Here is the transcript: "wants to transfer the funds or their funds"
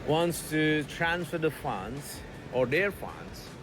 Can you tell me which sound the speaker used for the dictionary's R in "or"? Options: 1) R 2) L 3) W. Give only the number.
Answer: 1